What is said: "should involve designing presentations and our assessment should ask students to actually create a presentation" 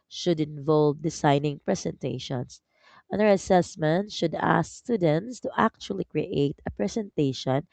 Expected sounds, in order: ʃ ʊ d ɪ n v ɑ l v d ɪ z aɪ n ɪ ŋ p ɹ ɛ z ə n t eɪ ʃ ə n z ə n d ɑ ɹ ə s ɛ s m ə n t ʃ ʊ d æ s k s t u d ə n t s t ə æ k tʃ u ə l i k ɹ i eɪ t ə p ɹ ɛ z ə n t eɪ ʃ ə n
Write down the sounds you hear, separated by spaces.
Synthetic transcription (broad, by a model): ʃ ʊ d ɪ n v ɑ l v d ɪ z aɪ n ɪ ŋ p ɹ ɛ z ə n t eɪ ʃ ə n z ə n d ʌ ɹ ə s ɛ s m ə n t ʃ ʊ d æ s k s t u d ə n t s t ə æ k tʃ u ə l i k ɹ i eɪ t ə p ɹ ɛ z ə n t eɪ ʃ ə n